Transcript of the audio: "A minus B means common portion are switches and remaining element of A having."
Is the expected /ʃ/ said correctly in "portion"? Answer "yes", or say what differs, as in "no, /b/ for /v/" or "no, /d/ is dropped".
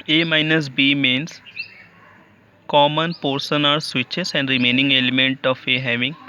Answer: no, /s/ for /ʃ/